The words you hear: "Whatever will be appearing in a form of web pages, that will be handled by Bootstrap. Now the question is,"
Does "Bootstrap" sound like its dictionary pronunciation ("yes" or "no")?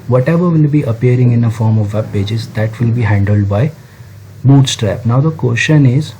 yes